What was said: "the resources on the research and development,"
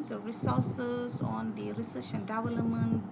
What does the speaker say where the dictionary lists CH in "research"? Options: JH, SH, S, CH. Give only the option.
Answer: SH